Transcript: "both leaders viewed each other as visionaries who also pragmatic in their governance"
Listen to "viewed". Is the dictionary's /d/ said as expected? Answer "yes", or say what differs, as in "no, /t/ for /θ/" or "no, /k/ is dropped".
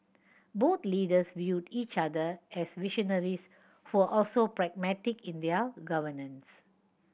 yes